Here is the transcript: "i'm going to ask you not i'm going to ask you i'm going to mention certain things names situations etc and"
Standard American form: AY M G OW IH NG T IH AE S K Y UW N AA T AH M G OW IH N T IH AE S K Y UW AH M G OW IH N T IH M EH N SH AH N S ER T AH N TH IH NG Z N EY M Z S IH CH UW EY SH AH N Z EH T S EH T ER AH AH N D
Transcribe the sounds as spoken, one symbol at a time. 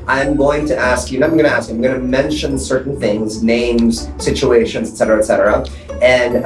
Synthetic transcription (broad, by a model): AY M G OW IH NG T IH AE S K Y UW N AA AH M G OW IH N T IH AE S K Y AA AH M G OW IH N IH M EH N SH AH N S ER T N TH IH NG Z N EY M Z S IH CH UW EY SH AH N Z EH T S EH T ER AH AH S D